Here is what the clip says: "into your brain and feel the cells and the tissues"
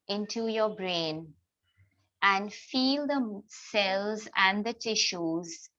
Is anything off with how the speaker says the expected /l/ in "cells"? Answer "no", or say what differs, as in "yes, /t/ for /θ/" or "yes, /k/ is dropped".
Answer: no